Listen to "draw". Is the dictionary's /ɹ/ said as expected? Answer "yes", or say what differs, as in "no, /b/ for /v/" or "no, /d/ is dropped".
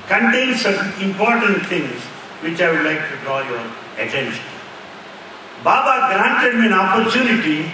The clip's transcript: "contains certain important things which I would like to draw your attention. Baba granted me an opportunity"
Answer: yes